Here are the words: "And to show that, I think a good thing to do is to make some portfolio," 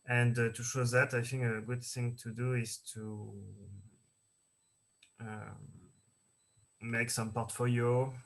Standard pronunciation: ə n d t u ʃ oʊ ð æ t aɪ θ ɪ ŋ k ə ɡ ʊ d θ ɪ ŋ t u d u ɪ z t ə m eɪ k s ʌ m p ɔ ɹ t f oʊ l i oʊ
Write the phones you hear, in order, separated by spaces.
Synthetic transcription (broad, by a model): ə n d t u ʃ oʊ ð æ t aɪ θ ɪ ŋ k ə ɡ ʊ d θ ɪ ŋ t u d u ɪ z t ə m eɪ k s ʌ m p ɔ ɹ t f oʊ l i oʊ